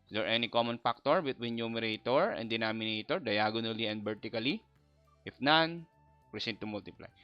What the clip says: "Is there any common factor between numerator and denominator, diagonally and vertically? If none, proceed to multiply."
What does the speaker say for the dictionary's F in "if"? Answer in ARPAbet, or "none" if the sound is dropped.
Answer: F